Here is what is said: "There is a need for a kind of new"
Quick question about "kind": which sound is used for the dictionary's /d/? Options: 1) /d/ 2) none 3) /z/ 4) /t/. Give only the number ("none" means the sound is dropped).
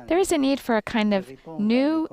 1